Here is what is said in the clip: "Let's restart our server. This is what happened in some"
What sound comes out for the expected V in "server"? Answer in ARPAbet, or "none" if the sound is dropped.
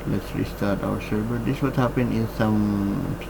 B